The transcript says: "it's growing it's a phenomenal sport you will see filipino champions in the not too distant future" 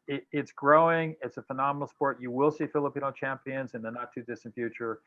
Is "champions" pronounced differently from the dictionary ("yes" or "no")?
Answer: no